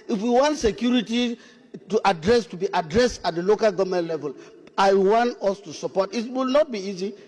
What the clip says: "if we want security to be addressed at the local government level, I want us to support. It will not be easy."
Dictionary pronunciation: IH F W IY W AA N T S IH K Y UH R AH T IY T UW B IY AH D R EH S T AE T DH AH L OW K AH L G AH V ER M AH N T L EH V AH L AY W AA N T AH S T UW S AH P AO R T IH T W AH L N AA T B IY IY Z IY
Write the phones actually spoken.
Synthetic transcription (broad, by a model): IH F W IY W AA N T S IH K Y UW R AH T IY T UW B IY AH D R EH S T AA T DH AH L OW K AH L G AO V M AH N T L EH V AH L AY W AA N T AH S T UW S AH P AO T IH T W AH L N AA T B IY IY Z IY